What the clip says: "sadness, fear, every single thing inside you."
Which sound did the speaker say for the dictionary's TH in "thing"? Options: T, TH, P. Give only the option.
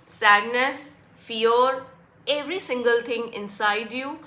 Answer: T